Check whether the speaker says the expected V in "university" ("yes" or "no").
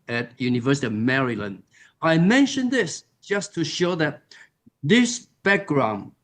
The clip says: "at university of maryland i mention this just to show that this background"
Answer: yes